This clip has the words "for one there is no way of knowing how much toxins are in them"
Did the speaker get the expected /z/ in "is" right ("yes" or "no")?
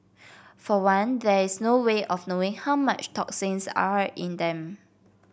no